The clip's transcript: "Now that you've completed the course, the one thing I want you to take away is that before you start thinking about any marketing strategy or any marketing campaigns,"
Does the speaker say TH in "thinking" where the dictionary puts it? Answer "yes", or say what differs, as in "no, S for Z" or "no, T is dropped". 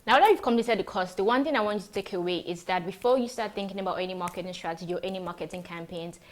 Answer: yes